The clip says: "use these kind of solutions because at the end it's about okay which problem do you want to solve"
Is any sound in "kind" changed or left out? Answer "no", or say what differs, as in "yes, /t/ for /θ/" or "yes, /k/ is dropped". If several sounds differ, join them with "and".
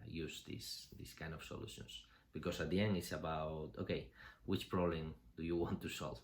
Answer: no